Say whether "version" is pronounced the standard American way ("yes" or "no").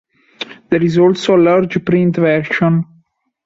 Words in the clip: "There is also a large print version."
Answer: no